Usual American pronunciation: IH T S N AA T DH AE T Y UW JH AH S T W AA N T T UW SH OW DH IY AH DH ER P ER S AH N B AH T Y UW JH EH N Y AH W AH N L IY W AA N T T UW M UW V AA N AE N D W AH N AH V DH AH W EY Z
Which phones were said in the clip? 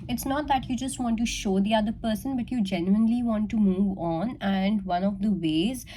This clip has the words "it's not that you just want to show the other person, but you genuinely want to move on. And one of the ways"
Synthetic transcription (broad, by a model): IH T S N AA T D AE T Y UW JH AH S T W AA N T T UW SH OW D IY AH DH ER P ER S AH N B AH T Y UW JH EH N Y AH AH N L IY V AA N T T UW M UW V AA N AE N D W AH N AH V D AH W EY Z